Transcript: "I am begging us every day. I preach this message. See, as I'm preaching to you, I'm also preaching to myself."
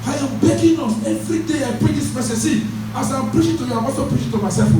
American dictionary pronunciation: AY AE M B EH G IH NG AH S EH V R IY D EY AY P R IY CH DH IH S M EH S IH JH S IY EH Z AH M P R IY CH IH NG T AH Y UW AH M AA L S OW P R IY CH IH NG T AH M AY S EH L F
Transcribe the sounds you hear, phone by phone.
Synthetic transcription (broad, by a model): AY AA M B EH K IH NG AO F EH V R IY D EY AY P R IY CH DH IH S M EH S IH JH S IY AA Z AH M P R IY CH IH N T AH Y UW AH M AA S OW P R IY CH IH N T AH M AY S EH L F